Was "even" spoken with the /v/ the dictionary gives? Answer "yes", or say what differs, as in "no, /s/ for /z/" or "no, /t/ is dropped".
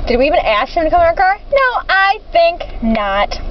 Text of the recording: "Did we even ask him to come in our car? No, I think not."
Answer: yes